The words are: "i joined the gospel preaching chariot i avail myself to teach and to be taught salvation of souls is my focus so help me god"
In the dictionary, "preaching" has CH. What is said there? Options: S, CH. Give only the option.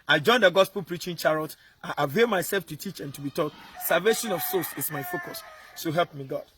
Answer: CH